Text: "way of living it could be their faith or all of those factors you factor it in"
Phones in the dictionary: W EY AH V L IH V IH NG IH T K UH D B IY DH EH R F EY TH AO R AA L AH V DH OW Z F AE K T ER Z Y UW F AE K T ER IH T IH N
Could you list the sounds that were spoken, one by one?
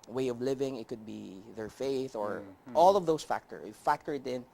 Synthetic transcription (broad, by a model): W EY AH V L IH V IH NG IH T K UH D B IY DH EH R F EY TH AO R AA L AH V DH OW S F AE K T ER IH F AE K T ER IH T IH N